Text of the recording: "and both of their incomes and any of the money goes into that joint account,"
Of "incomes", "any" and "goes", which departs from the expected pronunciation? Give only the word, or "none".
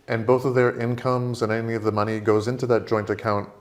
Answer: none